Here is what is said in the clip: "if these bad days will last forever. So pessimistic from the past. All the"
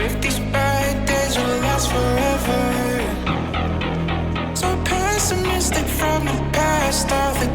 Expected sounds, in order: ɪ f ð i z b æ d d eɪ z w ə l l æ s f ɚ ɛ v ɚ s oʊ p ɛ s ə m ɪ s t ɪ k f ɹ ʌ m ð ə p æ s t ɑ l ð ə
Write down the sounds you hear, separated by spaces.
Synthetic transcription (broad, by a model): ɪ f ð i z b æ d d eɪ z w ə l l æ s f ɚ ɛ v ɚ s oʊ p ɛ s ə m ɪ s t ɪ k f ɹ ʌ m ð ə p æ s t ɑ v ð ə